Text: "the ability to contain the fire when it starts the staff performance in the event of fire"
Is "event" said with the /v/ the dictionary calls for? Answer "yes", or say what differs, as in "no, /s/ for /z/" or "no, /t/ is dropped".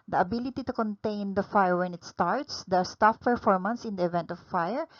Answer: yes